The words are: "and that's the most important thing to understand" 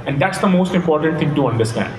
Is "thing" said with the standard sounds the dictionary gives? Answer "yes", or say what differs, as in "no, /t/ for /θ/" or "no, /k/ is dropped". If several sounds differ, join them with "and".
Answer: no, /t/ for /θ/